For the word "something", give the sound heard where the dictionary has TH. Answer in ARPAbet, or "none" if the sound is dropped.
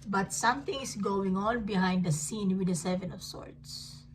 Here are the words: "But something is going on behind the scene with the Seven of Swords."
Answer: T